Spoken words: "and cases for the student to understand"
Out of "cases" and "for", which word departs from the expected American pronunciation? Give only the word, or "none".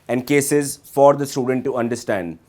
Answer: none